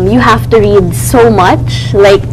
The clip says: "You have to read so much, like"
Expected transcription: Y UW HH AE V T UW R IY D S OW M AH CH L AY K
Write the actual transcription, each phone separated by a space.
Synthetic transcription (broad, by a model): Y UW HH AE F T UW R IY D S OW M AH CH L AY K